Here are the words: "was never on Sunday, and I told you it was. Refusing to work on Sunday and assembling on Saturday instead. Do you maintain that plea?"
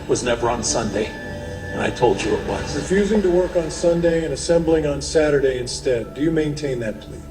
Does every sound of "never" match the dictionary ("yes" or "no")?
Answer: yes